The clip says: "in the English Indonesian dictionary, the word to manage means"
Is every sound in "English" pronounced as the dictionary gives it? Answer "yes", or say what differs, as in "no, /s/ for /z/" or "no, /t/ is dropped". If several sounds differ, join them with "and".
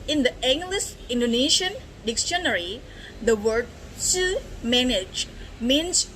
no, /s/ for /ʃ/